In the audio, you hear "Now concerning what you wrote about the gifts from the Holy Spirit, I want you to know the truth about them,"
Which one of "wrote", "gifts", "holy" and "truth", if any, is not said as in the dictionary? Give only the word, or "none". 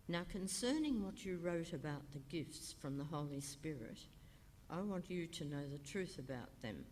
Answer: none